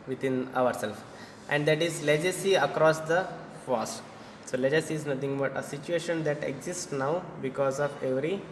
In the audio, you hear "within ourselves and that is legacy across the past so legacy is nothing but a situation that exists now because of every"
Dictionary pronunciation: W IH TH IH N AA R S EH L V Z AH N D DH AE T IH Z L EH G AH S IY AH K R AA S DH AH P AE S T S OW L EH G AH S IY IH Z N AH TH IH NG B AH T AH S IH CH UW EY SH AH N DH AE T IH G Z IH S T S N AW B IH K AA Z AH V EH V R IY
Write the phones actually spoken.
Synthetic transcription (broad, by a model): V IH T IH N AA R S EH L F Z AH N D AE T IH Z L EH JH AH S IY AH K R AA S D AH F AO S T S OW L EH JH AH S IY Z N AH T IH NG B AH T AH S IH CH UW EY SH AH N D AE T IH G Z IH S T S N AW B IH K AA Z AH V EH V R IY